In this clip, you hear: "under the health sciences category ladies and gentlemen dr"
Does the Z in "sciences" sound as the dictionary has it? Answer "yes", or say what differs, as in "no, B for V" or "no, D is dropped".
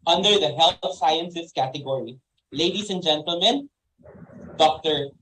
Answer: no, S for Z